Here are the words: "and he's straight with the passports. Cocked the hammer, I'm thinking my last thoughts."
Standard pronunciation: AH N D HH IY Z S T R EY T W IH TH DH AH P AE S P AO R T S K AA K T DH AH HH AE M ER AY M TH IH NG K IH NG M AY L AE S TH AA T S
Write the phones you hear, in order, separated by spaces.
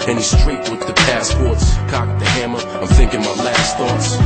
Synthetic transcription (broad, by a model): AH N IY S T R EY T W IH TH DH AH P AE S P AO R T S K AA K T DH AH HH AE M ER AY M TH IH NG K IH NG M AY L AE S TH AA T S